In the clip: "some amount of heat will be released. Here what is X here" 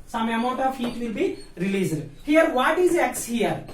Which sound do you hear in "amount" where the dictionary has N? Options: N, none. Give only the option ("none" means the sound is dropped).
none